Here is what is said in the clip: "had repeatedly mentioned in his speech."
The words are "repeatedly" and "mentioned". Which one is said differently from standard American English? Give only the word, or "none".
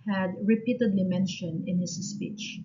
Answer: mentioned